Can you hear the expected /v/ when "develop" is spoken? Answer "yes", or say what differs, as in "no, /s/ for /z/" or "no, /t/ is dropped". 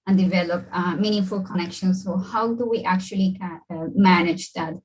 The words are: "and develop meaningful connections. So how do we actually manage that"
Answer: yes